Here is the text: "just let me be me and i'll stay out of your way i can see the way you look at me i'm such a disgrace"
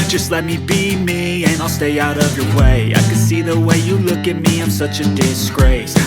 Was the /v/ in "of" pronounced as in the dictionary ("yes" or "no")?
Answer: yes